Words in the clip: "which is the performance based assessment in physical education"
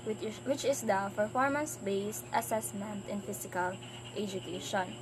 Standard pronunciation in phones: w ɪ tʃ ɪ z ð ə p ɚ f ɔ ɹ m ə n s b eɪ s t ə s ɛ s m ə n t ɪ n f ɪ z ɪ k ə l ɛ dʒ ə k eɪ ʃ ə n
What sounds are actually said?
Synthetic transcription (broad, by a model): w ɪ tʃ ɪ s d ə p ɚ f ɔ ɹ m ə n s b eɪ s t ə s ɛ s m ə n t ɪ n f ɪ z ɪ k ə l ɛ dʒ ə k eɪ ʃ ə n